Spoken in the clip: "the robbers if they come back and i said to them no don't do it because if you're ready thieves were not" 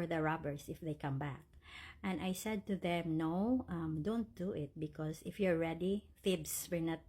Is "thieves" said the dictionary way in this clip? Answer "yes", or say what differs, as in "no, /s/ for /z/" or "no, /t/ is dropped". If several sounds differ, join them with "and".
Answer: no, /f/ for /θ/